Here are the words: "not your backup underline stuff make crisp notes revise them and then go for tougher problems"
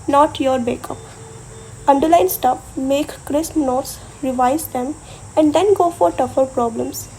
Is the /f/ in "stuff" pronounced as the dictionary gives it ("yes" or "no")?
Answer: no